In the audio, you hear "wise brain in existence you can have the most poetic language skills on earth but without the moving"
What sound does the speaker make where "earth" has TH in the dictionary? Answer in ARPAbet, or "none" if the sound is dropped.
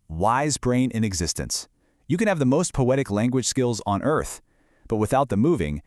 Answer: TH